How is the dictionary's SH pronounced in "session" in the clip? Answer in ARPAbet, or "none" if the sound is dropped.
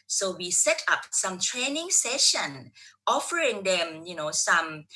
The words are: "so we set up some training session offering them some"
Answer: SH